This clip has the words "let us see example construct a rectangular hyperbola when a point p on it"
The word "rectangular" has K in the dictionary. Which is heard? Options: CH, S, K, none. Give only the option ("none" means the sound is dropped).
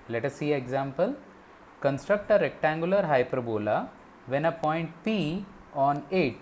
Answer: K